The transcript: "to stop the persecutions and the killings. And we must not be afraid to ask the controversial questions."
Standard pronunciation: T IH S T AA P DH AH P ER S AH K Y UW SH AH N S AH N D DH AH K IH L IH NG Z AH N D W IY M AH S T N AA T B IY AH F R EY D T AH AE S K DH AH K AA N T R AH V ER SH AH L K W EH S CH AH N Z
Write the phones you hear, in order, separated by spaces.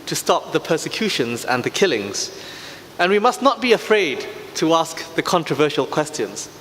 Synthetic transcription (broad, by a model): T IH S T AA P DH AH P ER S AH K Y UW SH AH N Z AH N DH AH K IH L IH NG Z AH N W IY M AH S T N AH T B IY AH F R EY D T AH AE S K DH AH K AA N T R AH V ER SH AH L K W EH S CH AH N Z